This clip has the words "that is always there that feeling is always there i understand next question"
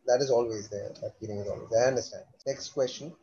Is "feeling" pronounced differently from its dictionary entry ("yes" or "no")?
yes